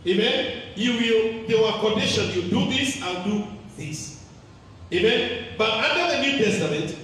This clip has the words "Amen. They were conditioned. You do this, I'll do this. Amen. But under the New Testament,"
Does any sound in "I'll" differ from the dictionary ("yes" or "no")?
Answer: yes